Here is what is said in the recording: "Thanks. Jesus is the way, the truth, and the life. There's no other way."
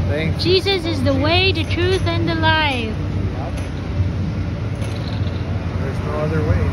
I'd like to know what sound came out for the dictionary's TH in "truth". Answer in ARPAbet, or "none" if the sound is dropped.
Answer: TH